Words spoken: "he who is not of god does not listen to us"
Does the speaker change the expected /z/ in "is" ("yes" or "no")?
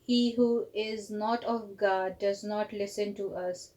no